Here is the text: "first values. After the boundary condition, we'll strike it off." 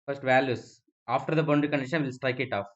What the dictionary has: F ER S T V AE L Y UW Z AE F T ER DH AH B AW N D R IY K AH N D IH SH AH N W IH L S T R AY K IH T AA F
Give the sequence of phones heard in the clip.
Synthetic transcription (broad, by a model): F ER S T V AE L Y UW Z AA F T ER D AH B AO N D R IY K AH N D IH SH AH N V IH L S T R AY K IH T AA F